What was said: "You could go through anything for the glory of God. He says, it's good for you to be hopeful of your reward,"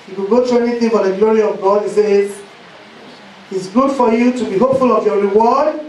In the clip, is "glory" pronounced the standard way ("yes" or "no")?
yes